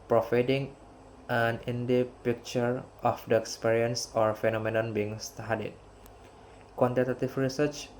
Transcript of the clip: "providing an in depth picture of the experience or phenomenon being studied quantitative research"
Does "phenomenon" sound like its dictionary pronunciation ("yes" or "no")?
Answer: yes